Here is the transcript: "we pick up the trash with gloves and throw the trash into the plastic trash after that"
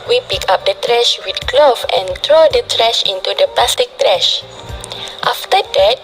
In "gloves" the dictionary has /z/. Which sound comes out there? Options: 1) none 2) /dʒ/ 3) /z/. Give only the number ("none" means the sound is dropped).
1